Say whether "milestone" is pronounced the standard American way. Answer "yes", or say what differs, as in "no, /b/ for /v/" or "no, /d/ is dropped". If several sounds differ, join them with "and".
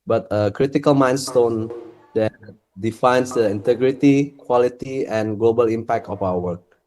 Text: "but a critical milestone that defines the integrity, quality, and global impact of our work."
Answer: no, /n/ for /l/